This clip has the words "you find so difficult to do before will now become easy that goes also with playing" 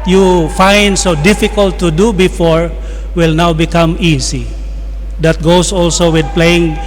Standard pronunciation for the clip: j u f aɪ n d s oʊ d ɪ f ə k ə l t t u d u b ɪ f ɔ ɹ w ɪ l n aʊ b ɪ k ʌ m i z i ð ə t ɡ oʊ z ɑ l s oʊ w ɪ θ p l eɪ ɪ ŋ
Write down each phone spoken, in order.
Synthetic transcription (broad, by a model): j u f aɪ n d s oʊ d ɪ f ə k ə l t t u d u b ɪ f ɔ ɹ w ɪ l n aʊ b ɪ k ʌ m i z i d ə t ɡ oʊ s ɑ l s oʊ w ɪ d p l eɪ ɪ ŋ